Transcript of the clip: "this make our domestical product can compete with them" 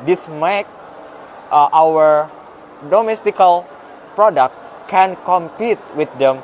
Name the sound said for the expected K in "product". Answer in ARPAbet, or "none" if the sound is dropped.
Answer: K